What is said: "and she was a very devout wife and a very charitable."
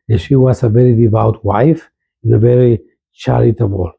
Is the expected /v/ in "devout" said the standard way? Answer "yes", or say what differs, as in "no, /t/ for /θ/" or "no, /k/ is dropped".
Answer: yes